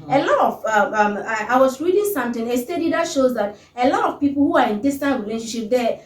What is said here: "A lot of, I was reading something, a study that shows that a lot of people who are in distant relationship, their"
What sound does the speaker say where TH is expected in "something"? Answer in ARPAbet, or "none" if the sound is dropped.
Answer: T